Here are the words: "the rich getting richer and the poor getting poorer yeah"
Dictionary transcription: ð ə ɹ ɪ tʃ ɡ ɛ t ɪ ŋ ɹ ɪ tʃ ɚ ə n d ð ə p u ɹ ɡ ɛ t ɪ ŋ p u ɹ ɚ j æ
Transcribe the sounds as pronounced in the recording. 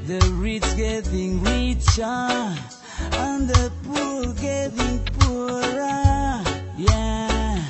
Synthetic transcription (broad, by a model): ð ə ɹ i s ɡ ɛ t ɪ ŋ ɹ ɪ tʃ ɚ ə n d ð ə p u l ɡ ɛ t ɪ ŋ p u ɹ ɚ j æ